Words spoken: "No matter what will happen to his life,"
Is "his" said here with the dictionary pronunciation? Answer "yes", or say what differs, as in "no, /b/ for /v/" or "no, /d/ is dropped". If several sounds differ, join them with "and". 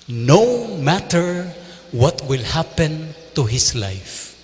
no, /s/ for /z/